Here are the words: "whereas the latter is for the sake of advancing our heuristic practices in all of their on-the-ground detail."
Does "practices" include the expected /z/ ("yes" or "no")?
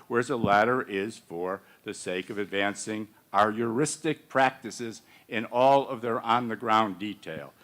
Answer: yes